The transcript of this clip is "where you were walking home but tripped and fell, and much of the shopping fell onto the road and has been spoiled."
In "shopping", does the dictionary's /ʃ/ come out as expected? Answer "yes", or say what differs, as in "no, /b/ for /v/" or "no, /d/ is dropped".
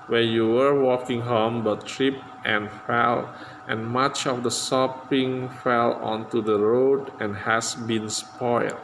no, /s/ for /ʃ/